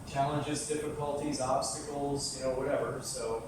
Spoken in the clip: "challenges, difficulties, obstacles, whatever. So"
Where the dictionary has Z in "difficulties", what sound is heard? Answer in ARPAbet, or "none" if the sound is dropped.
Z